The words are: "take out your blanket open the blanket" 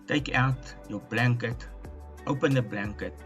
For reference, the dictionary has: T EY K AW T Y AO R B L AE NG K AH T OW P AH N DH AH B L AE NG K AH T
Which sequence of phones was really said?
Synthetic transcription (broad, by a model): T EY K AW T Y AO W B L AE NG K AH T OW P AH N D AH B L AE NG K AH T